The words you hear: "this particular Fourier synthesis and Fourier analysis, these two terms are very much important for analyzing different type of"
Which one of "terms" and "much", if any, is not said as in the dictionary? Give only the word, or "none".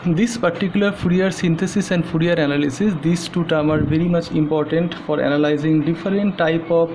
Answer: terms